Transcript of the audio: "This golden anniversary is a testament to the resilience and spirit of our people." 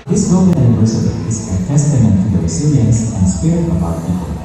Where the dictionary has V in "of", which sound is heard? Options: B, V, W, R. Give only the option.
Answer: B